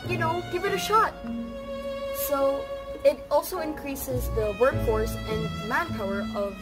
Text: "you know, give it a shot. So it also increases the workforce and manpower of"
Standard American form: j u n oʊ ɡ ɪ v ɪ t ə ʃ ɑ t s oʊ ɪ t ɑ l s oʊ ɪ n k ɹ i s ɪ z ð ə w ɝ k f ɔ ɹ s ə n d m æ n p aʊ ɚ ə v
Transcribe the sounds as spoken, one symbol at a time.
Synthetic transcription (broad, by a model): j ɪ n oʊ ɡ ɪ v ɪ t ə ʃ ɑ t s oʊ ɪ t ɑ l s oʊ ɪ n k ɹ i s ɪ z ð ə w ɝ k f ɔ ɹ s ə n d m æ n p aʊ ɚ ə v